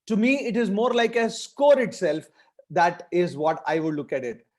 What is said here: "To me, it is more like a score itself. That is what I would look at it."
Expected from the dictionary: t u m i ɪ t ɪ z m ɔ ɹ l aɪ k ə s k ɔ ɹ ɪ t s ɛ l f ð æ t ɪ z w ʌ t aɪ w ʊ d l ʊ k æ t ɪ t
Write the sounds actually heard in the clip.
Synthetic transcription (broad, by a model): t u m i ɪ t ɪ z m ɔ ɹ l aɪ k ə s k ɔ ɹ ɪ t s ɛ l f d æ t ɪ z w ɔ t aɪ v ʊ d l ʊ k æ t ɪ t